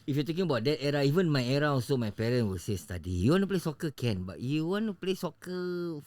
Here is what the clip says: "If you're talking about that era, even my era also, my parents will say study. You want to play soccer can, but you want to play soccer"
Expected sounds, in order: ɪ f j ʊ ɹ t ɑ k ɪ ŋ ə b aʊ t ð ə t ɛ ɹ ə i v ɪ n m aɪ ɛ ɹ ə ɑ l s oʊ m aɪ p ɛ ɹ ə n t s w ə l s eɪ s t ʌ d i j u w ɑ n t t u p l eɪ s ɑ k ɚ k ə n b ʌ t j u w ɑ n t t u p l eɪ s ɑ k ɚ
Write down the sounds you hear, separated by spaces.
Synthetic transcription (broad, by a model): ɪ f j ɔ t ɑ k ɪ ŋ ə b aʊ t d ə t ɛ ɹ ə i v ɪ n m aɪ ɛ ɹ ə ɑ s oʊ m aɪ p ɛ ɹ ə n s w ə l s eɪ s t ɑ d i j u w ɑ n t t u p l eɪ s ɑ k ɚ k ə n b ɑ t j u w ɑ n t t u p l eɪ s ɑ k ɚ